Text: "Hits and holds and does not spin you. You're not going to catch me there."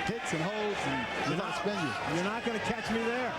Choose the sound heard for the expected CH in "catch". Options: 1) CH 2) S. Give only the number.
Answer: 1